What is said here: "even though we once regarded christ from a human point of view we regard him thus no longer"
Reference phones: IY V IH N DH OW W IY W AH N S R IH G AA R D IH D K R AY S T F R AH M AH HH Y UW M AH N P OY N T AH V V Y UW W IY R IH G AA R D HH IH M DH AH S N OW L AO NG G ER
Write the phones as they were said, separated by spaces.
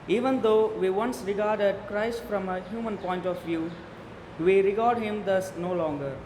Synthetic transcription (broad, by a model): IY V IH N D OW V IY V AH N S R IH G AA R D IH D K R AY S T F R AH M AH HH Y UW M AH N P OY N T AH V V Y UW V IY R IH G AA R D HH IH M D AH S N OW L AO NG G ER